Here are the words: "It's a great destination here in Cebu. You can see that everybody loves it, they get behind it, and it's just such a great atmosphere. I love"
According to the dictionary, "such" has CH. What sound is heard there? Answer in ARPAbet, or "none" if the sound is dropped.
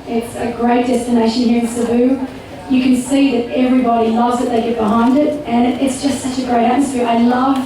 CH